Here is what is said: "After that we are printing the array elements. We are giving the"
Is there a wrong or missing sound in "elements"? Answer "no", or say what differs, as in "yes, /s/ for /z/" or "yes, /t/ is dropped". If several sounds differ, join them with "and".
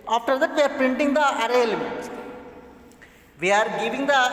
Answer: yes, /n/ is dropped